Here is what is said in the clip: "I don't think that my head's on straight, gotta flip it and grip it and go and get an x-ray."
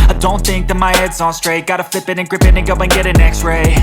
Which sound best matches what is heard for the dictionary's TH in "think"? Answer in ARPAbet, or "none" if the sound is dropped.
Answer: TH